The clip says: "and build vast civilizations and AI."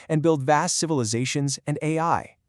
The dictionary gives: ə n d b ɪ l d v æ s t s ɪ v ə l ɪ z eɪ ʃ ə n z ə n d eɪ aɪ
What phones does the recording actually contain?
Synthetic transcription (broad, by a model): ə n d b ɪ l d v æ s t s ɪ v ə l ɪ z eɪ ʃ ə n z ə n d eɪ aɪ